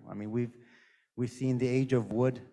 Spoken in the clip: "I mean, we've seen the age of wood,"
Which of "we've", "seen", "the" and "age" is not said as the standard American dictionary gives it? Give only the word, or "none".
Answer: none